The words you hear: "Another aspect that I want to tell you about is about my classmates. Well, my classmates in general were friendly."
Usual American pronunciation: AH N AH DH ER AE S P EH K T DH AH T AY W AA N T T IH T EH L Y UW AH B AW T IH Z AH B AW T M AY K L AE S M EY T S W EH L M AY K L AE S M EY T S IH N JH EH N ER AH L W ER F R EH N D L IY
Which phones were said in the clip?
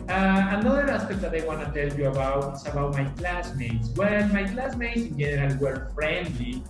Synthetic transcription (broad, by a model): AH N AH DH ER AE S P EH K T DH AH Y W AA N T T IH T EH L Y UW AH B AW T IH S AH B AW T M AY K L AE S M EY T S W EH N M AY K L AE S M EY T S IH N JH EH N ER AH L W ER F R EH N D L IY